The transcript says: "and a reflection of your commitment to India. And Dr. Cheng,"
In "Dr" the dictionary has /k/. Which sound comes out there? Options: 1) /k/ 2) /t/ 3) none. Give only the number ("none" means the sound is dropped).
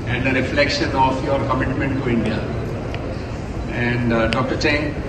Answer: 1